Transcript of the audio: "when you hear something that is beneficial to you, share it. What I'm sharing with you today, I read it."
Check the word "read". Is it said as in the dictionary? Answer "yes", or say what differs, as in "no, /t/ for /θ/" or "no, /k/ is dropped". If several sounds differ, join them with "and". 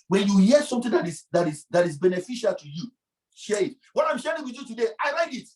no, /l/ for /ɹ/